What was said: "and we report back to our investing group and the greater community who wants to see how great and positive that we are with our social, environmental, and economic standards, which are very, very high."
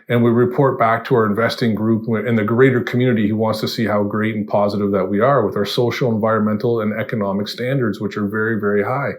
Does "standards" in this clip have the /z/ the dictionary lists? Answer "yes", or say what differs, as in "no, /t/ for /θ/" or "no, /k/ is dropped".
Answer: yes